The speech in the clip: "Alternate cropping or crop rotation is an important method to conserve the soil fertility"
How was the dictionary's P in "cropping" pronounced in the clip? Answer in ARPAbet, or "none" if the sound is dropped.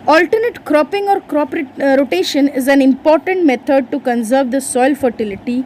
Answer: P